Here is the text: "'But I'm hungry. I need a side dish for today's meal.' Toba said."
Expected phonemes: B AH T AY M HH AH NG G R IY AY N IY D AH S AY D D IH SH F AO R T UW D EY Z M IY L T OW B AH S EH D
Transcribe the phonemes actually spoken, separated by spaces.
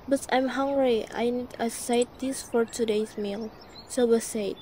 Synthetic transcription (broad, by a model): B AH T AY M HH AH NG G R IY AY N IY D AH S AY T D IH S F AO R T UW D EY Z M IY L S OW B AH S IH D